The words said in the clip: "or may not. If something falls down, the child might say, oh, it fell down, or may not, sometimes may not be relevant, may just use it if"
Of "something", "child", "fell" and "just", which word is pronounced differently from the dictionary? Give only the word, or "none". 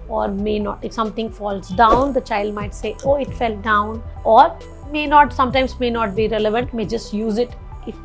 something